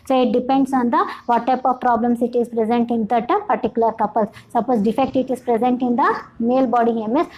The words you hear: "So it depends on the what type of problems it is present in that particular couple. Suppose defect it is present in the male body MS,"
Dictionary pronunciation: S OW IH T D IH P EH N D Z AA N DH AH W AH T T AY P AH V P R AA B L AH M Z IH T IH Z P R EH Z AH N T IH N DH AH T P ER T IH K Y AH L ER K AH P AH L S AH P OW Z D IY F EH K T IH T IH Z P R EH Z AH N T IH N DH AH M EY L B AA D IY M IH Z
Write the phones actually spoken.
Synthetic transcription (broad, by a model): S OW IH T D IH P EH N D S AA N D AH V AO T T AY P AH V P R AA B L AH M S IH T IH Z P R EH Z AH N T IH N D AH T P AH T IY K Y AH L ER K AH P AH L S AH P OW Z D IY F EH K T IH T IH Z P R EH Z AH N T IH N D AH M EY L B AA D IY M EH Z